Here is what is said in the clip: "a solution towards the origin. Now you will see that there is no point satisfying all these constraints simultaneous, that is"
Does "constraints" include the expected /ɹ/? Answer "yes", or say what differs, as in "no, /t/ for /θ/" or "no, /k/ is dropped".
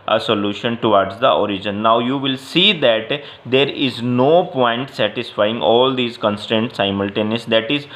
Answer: no, /ɹ/ is dropped